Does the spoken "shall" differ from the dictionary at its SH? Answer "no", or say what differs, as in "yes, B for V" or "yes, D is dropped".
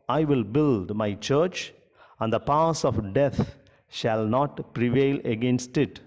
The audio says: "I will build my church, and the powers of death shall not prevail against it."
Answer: no